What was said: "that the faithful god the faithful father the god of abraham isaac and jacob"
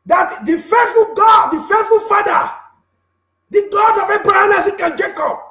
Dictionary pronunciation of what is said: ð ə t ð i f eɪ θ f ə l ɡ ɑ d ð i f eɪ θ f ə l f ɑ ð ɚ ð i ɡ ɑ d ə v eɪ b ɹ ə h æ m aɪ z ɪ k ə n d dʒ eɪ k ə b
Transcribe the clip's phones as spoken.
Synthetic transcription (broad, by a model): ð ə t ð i f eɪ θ f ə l ɡ ɑ d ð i f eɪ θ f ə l f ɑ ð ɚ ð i ɡ ɑ d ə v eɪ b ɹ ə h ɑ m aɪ s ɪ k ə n dʒ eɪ k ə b